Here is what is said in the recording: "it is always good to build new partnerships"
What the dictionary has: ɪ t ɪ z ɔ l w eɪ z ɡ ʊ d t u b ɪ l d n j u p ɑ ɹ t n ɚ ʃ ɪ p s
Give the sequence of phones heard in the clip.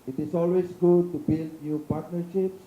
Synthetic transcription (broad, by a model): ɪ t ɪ s ɔ l w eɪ s ɡ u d t u b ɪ l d n j u p ɑ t n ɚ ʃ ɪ p s